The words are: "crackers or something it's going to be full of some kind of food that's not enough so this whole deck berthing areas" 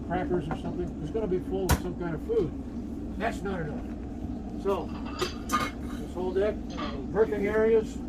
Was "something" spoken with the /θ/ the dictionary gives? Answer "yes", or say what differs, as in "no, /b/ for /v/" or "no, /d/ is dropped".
yes